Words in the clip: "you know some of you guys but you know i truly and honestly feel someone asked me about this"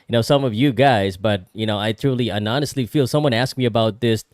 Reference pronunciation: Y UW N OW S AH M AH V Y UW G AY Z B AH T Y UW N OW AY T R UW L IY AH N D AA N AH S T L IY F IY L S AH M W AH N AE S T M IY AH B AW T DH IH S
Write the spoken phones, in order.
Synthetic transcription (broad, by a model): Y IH N OW S AH M AH V Y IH G AY Z B AH T Y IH N OW AY T R UW L IY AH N AA N AH S T L IY F IY L S AH M W AH N AE S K M IY AH B AW T DH IH S